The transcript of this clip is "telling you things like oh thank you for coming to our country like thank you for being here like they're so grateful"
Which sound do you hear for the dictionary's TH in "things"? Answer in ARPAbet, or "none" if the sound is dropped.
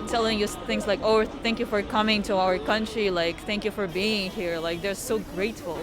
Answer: TH